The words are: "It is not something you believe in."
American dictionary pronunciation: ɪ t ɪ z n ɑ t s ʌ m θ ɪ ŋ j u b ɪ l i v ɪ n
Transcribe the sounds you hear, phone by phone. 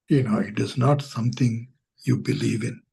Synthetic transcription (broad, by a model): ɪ t ɪ z n ɑ t s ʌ m t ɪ ŋ j u b ɪ l i v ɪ n